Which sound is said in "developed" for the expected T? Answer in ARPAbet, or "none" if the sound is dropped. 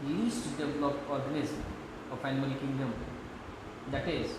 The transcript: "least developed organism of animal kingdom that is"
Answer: none